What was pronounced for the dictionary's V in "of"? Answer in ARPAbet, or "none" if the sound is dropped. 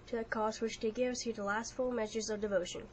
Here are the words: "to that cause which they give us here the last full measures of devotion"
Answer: V